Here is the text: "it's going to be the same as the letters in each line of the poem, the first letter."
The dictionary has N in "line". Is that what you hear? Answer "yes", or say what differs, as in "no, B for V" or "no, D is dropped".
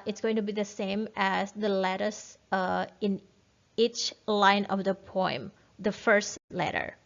yes